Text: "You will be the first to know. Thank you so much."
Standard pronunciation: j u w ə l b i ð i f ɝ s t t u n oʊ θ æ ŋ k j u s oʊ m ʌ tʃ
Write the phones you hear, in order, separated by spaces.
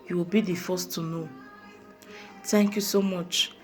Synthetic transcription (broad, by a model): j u w ə l b i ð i f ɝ s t t u n oʊ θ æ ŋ k j u s oʊ m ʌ tʃ